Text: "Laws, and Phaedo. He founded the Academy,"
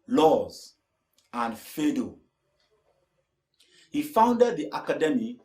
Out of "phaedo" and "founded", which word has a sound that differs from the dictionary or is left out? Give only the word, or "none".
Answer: none